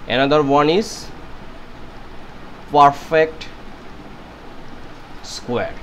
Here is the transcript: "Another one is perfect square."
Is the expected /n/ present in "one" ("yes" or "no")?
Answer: yes